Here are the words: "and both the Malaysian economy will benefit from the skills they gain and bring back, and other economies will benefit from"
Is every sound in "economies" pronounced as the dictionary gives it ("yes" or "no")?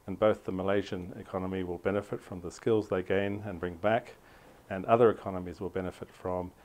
yes